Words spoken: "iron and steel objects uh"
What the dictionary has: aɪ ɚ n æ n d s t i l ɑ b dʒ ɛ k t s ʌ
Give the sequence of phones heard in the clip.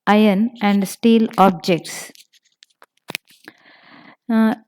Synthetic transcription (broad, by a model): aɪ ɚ n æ n d s t i l ɑ b dʒ ɛ k t s